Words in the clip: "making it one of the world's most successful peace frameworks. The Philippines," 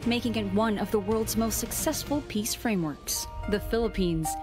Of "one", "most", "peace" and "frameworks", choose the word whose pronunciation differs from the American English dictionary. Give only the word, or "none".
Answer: none